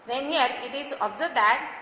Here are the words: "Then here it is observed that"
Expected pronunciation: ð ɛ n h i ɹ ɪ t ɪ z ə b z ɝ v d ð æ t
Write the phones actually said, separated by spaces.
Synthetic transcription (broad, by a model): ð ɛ n h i ɹ ɪ t ɪ z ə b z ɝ d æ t